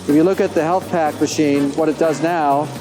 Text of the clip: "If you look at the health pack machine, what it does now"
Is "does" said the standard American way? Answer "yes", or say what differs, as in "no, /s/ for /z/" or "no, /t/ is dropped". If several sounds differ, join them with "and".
yes